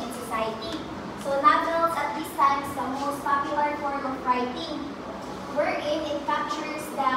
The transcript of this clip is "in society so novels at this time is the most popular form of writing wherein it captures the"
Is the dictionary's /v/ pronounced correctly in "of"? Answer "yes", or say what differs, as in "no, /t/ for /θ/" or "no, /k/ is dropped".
no, /p/ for /v/